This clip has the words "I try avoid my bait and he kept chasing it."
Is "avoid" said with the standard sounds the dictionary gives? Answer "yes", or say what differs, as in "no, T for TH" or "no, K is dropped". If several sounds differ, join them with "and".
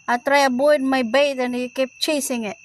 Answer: no, B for V